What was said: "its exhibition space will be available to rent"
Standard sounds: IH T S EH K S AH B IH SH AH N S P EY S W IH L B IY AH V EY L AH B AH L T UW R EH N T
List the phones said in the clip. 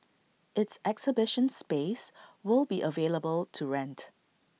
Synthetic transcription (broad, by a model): IH T S EH K S AH B IH SH AH N S P EY S W IH L B IY AH V EY L AH B AH L T UW R EH N T